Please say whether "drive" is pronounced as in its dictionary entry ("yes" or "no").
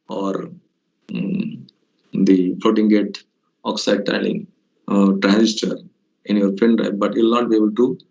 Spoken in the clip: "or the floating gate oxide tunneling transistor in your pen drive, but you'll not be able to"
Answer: no